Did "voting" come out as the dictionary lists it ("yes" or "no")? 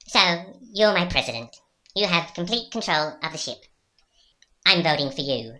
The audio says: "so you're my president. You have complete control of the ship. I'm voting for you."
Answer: yes